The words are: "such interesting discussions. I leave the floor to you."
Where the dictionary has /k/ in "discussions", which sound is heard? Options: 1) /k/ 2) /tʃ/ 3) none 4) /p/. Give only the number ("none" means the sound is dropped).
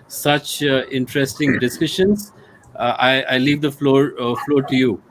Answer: 3